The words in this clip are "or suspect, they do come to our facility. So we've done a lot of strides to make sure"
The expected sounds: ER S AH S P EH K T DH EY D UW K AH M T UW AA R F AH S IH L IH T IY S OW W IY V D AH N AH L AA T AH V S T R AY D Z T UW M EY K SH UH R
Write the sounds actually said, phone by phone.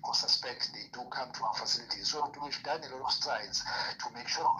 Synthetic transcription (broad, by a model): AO S AH S P EH K T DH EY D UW K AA M T UW AA F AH S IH L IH T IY S OW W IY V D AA N AH L AA T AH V S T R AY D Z T UW M EY K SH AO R